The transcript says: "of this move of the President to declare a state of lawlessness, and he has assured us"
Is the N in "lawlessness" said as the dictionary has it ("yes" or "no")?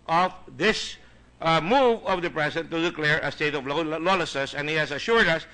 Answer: no